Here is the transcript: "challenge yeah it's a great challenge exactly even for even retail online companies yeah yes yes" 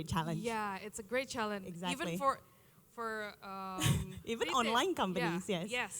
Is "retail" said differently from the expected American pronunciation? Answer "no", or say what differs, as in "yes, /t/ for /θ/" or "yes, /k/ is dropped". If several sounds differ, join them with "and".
yes, /n/ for /l/